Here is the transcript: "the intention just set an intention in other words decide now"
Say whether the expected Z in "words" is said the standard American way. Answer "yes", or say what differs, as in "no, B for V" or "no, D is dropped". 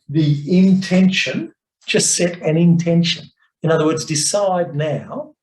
yes